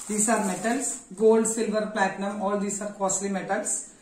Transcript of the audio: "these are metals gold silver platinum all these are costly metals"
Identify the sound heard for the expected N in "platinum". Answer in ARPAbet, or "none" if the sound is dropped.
N